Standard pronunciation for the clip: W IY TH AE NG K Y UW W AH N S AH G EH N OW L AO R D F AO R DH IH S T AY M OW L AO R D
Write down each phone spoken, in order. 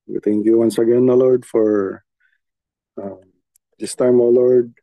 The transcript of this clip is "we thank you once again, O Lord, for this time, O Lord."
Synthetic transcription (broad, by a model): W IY T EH NG K Y UW W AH N S AH G EH N OW L AO R D F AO R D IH S T AY M OW L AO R D